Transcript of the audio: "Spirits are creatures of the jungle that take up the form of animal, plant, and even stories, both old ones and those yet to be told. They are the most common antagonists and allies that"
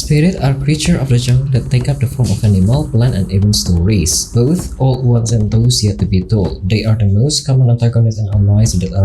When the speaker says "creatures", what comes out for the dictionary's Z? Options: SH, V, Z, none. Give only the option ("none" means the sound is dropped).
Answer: none